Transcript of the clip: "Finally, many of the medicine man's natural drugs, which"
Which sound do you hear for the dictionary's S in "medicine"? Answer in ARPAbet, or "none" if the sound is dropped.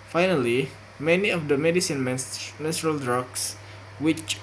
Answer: S